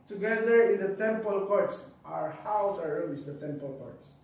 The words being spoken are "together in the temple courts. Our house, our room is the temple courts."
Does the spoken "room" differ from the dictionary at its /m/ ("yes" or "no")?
yes